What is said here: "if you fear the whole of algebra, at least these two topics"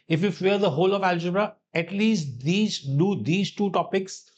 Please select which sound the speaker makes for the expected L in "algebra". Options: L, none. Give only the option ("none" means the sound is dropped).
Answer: L